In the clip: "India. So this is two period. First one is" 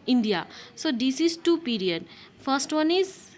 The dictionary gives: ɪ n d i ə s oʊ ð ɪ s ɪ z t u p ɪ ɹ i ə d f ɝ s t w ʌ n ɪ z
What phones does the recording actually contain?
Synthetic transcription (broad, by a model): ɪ n d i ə s oʊ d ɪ s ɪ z t u p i ɹ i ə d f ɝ s t w ʌ n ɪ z